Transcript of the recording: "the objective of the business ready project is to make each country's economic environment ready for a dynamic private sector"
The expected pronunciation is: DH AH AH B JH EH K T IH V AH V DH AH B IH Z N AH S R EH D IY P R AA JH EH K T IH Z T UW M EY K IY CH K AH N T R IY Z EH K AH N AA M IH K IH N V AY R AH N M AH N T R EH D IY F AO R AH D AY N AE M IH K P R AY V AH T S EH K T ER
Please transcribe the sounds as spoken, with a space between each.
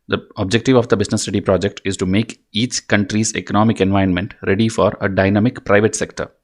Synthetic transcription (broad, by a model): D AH AH B JH EH K T IH V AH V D AH B IH Z N AH S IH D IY P R AA JH EH K T IH Z T UW M EY K IY CH K AH N T R IY Z EH K AH N AA M IH K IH N V AY AH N M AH N T R EH D IY F AO R AH D AY N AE M IH K P R AY V AH T S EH K T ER